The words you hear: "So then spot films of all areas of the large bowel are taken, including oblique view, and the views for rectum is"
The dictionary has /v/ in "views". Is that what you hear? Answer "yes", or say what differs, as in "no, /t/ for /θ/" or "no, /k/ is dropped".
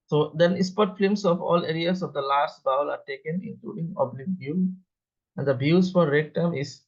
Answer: no, /b/ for /v/